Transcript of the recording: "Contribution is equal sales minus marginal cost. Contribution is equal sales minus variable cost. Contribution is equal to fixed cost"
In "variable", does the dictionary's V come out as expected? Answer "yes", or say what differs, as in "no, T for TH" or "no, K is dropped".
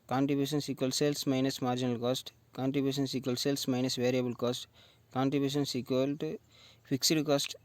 yes